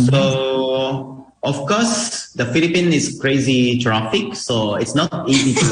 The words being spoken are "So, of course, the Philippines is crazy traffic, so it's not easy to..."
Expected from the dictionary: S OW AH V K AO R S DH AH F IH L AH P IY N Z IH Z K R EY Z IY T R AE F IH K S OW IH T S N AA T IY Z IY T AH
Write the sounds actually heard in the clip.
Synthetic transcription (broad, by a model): S OW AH F K AO S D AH F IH L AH P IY N IH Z K R EY Z IY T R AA F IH K S OW IH T S N AA T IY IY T